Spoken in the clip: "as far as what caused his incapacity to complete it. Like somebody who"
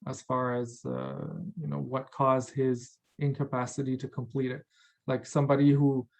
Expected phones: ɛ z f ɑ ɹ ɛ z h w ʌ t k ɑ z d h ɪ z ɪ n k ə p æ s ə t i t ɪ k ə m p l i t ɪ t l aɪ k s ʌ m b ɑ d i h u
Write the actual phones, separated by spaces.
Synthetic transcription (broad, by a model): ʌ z f ɑ ɹ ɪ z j w ʌ t k ɑ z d h ɪ z ɪ n k ə p æ s ə t i t ɪ k ə m p l i t ɪ t l aɪ k s ʌ m b ɑ d i h u